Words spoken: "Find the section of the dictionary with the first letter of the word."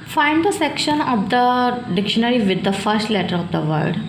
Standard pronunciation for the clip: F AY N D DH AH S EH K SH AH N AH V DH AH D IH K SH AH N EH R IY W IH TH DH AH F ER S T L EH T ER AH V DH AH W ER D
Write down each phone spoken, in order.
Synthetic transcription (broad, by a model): F AY N D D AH S EH K SH AH N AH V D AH D IH K SH AH N EH R IY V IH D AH F ER S T L EH T ER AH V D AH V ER D